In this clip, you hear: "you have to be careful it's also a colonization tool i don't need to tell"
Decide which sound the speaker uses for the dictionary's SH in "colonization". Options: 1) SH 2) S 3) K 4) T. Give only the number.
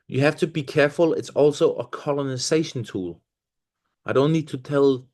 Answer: 1